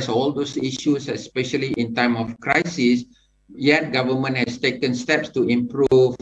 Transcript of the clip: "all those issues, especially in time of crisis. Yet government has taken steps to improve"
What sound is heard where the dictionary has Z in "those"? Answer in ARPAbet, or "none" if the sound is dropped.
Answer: S